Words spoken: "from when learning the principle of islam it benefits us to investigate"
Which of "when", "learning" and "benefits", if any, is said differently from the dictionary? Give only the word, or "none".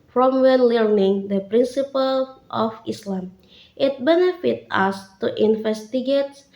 benefits